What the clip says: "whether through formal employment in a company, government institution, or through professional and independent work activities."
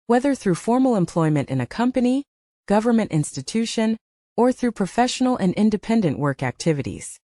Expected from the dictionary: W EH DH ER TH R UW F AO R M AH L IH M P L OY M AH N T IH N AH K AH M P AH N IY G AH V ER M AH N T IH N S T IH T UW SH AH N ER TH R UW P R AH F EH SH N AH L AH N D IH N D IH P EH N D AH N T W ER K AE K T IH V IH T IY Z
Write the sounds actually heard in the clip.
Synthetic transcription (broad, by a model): W EH DH ER TH R UW F AO R M L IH M P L OY M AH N T IH N AH K AH M P AH N IY G AH V ER M AH N T IH N S T IH T UW SH AH N ER TH R UW P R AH F EH SH N L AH N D IH N D IH P EH N D AH N T W ER K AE K T IH V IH T IY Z